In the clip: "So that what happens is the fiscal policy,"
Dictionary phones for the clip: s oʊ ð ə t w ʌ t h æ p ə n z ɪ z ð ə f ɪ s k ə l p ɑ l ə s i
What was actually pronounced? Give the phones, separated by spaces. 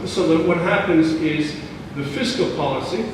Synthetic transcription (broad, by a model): s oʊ ð ə t w ʌ t h æ p ə n z ɪ z ð ə f ɪ s k l p ɑ l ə s i